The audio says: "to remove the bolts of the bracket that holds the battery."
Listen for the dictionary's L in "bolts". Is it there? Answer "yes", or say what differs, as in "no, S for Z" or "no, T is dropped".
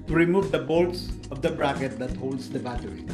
yes